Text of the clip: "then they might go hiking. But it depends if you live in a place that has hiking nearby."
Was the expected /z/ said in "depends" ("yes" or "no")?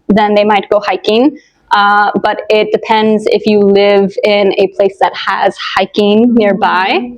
yes